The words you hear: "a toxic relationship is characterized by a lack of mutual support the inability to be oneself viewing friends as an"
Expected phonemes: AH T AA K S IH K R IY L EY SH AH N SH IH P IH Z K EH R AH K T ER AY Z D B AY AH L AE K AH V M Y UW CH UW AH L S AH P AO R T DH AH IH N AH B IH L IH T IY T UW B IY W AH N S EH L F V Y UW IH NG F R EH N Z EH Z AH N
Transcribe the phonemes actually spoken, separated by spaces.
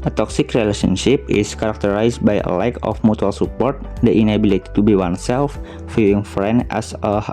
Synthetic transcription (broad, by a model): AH T AA K S IH K R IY L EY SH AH N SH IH P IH S K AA R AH K T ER AY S B AY AH L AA K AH F M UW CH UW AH L S AH P AO R T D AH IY N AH B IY L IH T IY T UW B IY W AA N S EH L F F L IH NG F R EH N EH S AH